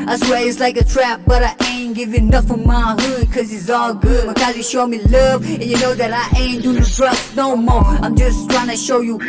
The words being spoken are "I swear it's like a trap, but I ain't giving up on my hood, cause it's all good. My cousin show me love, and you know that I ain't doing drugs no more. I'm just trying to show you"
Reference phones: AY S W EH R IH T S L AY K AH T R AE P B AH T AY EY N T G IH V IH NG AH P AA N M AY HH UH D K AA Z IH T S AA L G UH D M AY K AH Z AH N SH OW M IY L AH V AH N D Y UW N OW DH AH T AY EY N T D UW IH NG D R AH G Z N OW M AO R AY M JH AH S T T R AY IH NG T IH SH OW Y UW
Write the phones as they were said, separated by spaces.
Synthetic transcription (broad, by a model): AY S W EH L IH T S L AY K AH T R AE P B AH T AY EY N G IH V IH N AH F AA M AY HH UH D K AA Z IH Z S AA L G UH D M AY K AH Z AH SH OW M IY L AH V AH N Y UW N OW DH AH T AY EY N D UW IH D R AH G N OW M AO R AY M JH AH S T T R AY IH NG T IH SH OW Y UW